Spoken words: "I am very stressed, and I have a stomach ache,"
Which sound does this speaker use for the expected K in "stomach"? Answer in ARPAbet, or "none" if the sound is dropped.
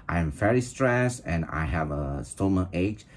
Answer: none